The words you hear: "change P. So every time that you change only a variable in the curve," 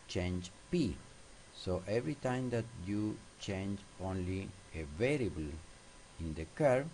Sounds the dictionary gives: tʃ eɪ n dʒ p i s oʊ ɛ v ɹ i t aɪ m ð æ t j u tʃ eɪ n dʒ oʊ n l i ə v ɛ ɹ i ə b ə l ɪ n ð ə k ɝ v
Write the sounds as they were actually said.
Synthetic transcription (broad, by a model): tʃ eɪ n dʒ p i s oʊ ɛ v ɹ i t aɪ m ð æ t j u tʃ eɪ n dʒ oʊ n l i ə v ɛ ɹ i ə b ə l ɪ n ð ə k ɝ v